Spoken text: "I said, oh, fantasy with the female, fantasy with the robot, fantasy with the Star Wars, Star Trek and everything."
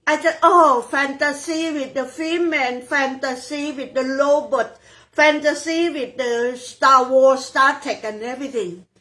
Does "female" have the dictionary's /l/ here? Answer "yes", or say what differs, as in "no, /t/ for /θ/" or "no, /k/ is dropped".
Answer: no, /n/ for /l/